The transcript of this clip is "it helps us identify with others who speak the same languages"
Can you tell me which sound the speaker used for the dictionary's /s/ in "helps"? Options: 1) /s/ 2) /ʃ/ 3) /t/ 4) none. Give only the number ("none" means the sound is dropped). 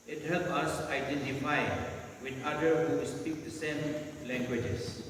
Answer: 4